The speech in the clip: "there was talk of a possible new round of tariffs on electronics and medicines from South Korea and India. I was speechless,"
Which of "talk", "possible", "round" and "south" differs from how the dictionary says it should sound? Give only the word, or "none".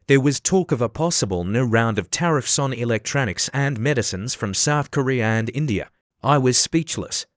none